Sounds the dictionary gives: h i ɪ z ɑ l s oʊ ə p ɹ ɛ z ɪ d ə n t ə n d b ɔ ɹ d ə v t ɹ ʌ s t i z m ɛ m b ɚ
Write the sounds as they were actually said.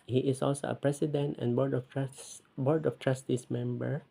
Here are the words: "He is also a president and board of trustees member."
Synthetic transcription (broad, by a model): h i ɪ s ɑ l s oʊ ə p ɹ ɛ s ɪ d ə n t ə n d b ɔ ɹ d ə f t ɹ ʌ s t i s m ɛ m b ɚ